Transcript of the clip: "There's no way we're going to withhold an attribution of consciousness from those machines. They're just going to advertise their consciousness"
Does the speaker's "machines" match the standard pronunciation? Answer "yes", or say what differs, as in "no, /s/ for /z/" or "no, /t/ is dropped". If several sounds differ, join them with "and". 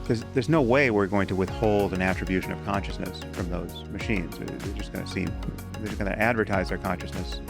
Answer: yes